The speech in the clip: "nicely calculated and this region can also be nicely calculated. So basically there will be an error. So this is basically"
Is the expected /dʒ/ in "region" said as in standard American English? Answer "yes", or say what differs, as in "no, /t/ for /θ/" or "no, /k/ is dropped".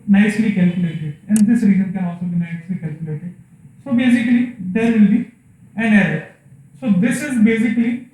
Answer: no, /z/ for /dʒ/